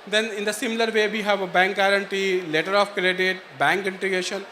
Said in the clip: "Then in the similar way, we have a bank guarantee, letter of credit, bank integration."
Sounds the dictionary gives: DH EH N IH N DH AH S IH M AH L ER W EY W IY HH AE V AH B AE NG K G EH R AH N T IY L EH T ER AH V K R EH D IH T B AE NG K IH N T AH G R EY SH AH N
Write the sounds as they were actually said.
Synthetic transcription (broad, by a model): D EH N IH N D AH S IH M AH L ER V EY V IY HH AE V AH B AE NG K G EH R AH N T IY L EH T ER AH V K R EH D IH T B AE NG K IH N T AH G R EY SH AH N